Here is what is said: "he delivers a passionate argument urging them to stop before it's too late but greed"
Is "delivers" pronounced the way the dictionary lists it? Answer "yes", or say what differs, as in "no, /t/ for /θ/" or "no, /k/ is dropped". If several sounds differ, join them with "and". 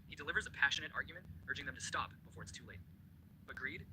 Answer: yes